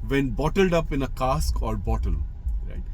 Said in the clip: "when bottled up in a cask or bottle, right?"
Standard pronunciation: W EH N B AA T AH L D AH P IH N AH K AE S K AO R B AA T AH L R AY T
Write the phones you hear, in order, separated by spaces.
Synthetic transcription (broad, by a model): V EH N B AA T AH L D AH P IH N AH K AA S K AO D B AA T AH L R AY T